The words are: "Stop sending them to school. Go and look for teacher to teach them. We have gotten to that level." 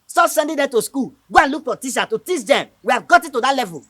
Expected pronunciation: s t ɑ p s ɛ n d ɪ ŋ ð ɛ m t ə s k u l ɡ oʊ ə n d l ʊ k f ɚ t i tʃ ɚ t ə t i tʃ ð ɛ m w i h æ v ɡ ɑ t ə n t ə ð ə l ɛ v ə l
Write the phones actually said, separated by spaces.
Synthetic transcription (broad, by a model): s t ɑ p s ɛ n d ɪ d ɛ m t ə s k u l ɡ oʊ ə n l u k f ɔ t i ʃ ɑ t ə t i tʃ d ɛ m w i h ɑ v ɡ ɑ t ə t ə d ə l ɛ v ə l